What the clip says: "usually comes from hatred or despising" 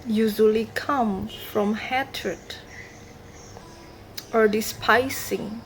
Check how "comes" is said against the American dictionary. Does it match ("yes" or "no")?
no